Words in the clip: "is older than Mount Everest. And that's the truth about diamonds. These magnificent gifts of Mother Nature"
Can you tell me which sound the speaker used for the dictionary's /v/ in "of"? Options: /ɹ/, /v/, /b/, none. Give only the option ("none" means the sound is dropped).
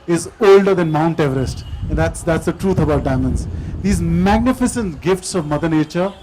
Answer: /v/